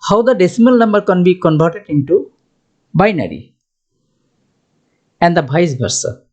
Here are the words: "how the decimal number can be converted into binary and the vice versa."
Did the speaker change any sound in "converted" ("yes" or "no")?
yes